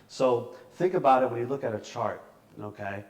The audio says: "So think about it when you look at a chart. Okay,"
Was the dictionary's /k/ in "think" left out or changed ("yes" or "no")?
no